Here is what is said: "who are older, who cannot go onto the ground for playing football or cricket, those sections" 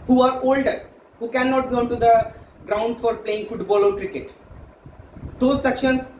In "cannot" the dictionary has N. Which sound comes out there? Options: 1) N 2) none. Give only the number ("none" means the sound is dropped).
1